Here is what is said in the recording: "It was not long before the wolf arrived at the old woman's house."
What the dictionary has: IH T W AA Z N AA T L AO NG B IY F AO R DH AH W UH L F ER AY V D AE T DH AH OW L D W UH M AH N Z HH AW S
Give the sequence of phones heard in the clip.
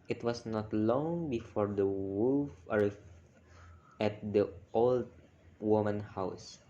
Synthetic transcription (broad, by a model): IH T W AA S N AA T L AO NG B IY F AO R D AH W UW F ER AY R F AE T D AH OW L D W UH M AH N HH AW S